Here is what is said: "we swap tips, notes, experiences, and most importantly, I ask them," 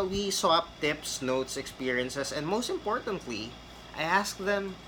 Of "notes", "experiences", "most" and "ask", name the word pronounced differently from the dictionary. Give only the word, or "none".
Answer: experiences